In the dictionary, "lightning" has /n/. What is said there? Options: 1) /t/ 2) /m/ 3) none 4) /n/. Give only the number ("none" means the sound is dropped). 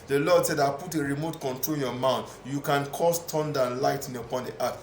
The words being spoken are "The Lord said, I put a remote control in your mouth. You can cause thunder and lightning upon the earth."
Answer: 3